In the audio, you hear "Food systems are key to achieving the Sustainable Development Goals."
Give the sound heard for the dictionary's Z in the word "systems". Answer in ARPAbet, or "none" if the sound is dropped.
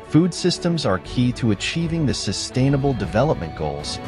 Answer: Z